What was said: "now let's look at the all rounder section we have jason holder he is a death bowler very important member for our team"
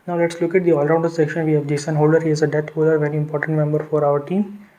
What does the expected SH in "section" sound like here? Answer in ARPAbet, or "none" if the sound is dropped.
SH